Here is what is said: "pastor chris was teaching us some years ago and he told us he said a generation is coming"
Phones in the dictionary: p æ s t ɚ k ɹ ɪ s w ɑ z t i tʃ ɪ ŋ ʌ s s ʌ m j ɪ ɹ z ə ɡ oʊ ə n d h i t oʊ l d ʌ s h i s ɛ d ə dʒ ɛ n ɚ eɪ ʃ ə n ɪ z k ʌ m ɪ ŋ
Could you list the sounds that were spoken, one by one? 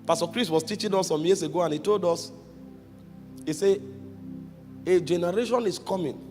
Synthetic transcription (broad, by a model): p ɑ s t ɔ k ɹ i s w ɑ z t i tʃ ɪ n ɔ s s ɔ m j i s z ə ɡ oʊ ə n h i t oʊ l d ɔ s h i s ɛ ə dʒ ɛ n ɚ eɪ ʃ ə n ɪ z k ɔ m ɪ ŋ